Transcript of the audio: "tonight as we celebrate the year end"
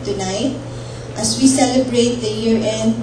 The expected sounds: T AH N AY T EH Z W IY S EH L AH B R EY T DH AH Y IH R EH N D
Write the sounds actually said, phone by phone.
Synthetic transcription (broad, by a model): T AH N AY T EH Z W IY S EH L AH B R EY T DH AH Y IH R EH N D